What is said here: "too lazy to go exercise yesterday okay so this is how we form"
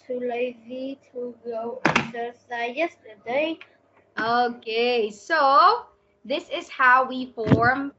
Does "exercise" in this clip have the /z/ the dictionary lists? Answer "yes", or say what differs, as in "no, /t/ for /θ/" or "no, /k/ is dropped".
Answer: no, /z/ is dropped